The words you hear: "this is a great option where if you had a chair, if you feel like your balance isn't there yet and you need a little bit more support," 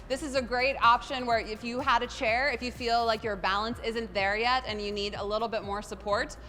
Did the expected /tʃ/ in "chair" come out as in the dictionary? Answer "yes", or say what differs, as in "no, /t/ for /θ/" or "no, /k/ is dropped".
yes